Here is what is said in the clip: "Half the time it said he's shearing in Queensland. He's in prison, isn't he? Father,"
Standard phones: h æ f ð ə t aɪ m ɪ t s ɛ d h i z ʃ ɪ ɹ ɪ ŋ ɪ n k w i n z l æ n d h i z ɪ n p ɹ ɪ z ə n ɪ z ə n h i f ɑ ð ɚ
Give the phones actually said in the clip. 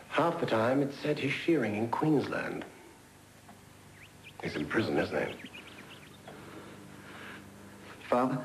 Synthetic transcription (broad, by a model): h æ f ð ə t aɪ m ɪ t s ɛ d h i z ʃ ɪ ɹ ɪ ŋ ɪ n k w i n z l æ n d h i z ɪ n p ɹ ɪ z ə n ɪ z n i f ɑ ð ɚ